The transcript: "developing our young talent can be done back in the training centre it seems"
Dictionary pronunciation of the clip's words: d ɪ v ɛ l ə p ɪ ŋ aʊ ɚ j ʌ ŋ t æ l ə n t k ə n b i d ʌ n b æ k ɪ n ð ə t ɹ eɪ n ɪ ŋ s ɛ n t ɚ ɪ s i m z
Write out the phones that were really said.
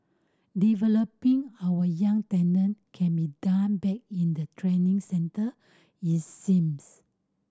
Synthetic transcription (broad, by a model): d ɪ v ɛ l ə p ɪ ŋ aʊ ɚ j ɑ ŋ t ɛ n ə n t k ə n b i d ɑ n b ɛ k ɪ n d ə t ɹ eɪ n ɪ ŋ s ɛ n t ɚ ɪ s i m s